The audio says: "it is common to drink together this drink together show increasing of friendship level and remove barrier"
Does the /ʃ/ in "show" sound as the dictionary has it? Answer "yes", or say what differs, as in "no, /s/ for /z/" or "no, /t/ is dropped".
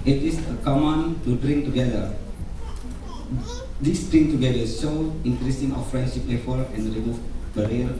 no, /s/ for /ʃ/